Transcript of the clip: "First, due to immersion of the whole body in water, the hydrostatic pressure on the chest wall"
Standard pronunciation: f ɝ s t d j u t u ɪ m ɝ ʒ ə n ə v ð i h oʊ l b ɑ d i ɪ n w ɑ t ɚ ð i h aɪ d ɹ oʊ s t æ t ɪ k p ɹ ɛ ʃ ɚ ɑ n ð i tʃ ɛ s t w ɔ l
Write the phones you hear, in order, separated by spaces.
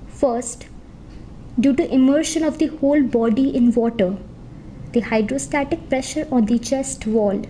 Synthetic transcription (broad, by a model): f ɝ s t d j u t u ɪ m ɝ ʃ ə n ə v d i h oʊ l b ɑ d i ɪ n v ɑ t ɚ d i h aɪ d ɹ oʊ s t æ t ɪ k p ɹ ɛ ʃ ɚ ɑ n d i tʃ ɛ s t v ɔ l